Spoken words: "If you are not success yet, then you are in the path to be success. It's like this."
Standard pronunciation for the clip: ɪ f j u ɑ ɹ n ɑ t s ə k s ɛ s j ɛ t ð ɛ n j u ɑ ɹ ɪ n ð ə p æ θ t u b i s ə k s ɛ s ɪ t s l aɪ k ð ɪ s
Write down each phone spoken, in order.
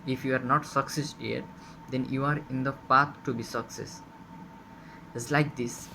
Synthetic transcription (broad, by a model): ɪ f j u ɑ ɹ n ɑ t s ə k s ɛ s j ɛ t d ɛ n j u ɑ ɹ ɪ n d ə p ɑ t t u b i s ə k s ɛ s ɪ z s l aɪ k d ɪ s